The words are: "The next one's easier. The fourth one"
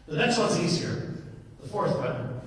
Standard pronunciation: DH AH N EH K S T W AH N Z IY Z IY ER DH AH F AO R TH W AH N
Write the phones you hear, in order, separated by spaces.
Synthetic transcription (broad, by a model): DH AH N EH K S T W AH N Z IY Z IY ER DH AH F AO R TH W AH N